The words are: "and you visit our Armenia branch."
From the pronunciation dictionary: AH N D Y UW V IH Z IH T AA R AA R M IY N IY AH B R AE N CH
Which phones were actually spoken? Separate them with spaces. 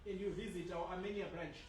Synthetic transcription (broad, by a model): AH N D Y UW V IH Z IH T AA W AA M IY N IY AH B R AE N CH